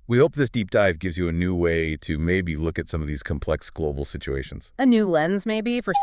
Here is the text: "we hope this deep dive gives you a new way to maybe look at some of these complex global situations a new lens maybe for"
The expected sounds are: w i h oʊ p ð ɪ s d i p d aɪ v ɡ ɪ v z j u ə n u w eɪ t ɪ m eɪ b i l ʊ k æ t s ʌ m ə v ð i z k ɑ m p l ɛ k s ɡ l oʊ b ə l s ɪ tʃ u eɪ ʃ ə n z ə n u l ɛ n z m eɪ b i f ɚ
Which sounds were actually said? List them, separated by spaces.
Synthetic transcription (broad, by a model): w i h oʊ p ð ɪ s d i p d aɪ v ɡ ɪ v z j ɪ ə n u w eɪ t ɪ m eɪ b i l ʊ k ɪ t s ʌ m ə v ð i z k m p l ɛ k s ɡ l oʊ b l s ɪ tʃ u eɪ ʃ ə n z ə n u l ɛ n z m eɪ b i f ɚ